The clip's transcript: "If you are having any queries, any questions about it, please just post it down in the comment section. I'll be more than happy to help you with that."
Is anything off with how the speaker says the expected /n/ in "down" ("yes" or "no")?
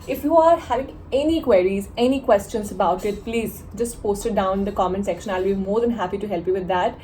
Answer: yes